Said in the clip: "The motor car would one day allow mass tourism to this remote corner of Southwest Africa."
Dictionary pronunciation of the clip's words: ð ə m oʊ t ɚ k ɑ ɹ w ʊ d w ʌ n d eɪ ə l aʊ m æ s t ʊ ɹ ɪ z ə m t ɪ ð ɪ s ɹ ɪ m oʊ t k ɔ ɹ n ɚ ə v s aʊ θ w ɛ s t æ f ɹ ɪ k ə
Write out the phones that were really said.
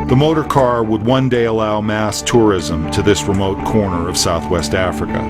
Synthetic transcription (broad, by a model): ð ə m oʊ t ɚ k ɑ ɹ w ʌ d w ʌ n d eɪ ə l aʊ m æ s t ʊ ɹ ɪ z ə m t ɪ ð ɪ s ɹ ɪ m oʊ t k ɔ ɹ n ɚ ə v s aʊ θ w ɛ s t æ f ɹ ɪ k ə